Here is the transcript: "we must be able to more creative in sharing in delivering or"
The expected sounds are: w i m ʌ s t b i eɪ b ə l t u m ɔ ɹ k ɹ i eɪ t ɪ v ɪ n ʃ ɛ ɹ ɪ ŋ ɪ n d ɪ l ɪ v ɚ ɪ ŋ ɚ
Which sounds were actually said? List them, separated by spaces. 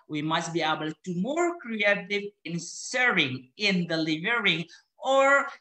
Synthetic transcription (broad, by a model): w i m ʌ s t b i eɪ b ə l t u m ɔ ɹ k ɹ i eɪ t ɪ v ɪ n s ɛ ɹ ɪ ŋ ɪ n d ɪ l ɪ v ɚ ɪ ŋ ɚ